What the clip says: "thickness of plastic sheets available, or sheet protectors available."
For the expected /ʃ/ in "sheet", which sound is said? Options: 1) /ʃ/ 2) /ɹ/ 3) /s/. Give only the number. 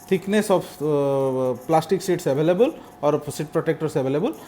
3